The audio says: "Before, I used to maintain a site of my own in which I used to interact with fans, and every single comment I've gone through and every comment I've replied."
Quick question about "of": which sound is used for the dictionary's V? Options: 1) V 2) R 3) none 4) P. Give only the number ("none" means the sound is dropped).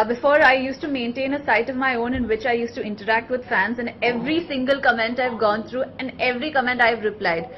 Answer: 1